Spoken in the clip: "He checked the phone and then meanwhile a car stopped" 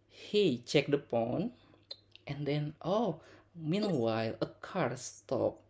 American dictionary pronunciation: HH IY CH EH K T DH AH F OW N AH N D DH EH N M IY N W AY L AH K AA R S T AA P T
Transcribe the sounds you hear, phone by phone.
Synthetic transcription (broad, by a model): HH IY CH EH K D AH P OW N AH N D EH N M IY N W AY L AH K AA R S T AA P